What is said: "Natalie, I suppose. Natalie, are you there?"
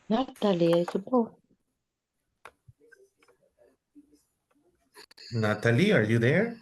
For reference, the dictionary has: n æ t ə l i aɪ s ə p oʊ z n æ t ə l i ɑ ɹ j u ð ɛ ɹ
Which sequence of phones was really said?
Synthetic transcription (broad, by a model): n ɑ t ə l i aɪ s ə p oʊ n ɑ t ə l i ɑ ɹ j u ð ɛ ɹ